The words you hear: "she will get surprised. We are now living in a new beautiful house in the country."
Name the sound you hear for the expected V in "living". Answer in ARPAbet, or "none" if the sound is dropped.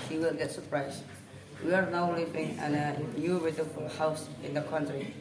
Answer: B